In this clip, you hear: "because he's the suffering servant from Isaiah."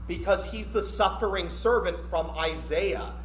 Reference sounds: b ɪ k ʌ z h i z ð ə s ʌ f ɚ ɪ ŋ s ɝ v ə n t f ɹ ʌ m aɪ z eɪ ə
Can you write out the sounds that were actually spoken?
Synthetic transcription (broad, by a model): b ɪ k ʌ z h i z ð ə s ʌ f ɚ ɪ ŋ s ɝ v ə n t f ɹ ʌ m aɪ z eɪ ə